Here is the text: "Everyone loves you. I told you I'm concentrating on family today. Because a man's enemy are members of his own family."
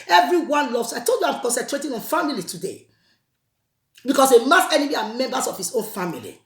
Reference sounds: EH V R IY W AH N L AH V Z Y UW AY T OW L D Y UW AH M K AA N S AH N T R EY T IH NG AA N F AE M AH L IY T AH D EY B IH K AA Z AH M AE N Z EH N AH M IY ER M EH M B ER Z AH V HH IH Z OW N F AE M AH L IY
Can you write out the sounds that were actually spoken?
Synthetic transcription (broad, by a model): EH V R IY W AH N L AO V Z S AY T OW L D Y UW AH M K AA N S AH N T R EY T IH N AA N F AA M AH L IY T AH D EY B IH K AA S AH M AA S EH N AH M IY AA M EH M B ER S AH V HH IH S OW N F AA M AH L IY